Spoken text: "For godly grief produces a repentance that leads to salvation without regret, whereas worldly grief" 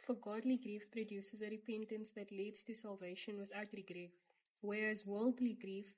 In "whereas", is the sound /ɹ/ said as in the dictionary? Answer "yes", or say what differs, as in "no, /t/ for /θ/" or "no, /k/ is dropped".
yes